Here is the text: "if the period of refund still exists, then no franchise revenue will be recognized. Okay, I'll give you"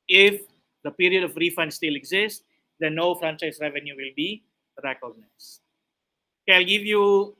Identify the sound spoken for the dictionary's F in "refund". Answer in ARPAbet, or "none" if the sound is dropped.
F